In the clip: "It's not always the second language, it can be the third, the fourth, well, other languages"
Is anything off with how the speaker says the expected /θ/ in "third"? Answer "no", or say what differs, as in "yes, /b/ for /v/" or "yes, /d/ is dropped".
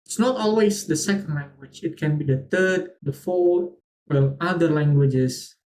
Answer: yes, /t/ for /θ/